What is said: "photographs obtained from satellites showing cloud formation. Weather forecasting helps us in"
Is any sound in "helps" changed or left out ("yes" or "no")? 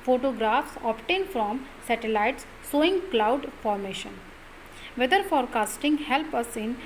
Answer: yes